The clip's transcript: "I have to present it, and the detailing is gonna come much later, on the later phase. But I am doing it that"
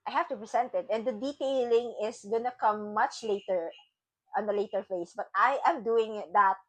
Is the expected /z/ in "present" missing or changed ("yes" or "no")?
yes